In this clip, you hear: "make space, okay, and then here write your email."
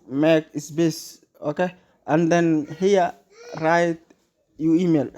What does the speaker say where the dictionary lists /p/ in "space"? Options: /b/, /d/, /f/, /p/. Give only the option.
/b/